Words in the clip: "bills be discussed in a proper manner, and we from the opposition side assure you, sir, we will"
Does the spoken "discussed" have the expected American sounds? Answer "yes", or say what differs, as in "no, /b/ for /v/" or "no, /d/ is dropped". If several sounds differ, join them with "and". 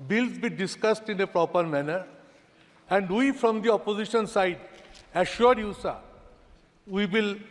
yes